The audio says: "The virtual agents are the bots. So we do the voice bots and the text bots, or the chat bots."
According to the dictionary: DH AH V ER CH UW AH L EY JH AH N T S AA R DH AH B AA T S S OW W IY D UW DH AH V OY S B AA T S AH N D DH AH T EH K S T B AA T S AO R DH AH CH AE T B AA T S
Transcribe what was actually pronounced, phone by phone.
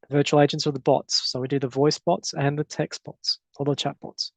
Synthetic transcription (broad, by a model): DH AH V ER CH UW AH L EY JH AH N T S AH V DH AH B AA T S S OW W IY D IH DH AH V OY S B AA T S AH N DH AH T EH K S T B AA T S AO L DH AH CH AE T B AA T S